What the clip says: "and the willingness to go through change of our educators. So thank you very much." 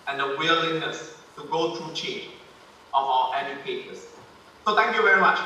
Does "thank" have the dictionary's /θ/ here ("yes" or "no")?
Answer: no